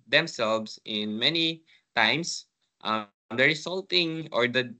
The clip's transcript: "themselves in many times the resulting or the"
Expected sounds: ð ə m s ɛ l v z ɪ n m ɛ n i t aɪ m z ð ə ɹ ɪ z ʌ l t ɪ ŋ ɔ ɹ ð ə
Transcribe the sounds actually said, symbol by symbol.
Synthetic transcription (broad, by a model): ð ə m s ɛ l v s ɪ n m ɛ n i t aɪ m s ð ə ɹ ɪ s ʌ l t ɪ ŋ ɔ ɹ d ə